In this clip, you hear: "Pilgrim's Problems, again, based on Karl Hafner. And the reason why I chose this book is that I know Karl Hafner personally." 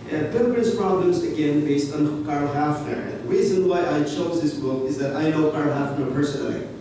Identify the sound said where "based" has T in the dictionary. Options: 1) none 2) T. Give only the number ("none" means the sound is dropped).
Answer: 2